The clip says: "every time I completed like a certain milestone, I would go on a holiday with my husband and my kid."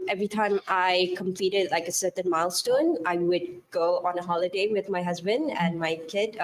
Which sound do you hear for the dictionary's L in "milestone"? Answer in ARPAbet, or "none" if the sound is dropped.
L